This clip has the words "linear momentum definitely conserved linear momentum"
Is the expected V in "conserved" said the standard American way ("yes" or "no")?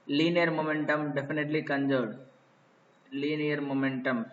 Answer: no